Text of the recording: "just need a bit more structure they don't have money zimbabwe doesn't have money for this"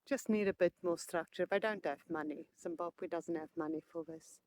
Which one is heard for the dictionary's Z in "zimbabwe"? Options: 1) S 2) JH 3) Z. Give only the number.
1